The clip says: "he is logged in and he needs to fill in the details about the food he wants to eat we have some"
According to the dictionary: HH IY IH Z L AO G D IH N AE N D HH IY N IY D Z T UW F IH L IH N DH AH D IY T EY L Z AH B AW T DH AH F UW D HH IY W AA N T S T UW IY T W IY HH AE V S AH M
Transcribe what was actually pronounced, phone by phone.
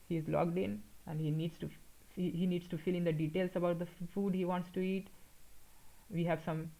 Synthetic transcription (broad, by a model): HH IY IH Z L AO G D IH N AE N D HH IY N IY D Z T UW F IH L IH N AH D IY T EY L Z AH B AW T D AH F UW D HH IY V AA N T S T UW IY T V IY HH AE V S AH M